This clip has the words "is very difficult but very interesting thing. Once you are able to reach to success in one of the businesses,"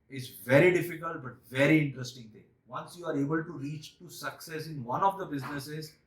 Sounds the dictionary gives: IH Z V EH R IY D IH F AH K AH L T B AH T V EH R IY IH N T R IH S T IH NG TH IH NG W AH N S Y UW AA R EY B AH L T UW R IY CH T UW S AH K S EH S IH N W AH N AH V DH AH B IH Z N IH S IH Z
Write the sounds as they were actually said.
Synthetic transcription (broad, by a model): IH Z V EH R IY D IH F AH K AH L T B AH T V EH R IY IH N T R IH S T IH NG T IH NG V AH N S Y UW AA R EY B AH L T UW R IY CH T UW S AH K S EH S IH N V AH N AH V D AH B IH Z N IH S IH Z